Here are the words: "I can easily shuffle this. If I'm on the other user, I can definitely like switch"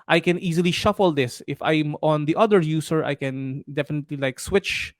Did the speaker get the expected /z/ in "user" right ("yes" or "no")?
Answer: no